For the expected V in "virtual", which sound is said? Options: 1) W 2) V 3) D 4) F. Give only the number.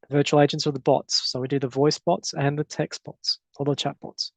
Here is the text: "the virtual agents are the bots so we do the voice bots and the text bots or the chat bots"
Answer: 2